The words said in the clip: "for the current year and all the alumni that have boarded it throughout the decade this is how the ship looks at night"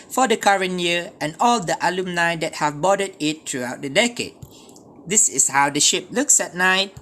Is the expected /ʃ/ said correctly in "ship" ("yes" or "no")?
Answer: yes